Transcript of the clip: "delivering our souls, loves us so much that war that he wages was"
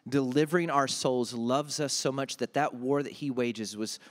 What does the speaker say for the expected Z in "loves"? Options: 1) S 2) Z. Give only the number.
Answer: 2